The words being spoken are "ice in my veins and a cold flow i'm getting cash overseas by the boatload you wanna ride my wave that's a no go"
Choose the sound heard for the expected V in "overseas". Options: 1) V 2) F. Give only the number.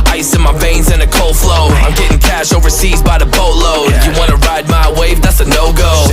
1